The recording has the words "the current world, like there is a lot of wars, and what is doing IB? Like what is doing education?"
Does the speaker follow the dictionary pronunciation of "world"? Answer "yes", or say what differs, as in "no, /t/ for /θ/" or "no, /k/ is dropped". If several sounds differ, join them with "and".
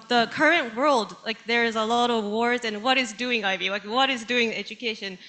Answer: yes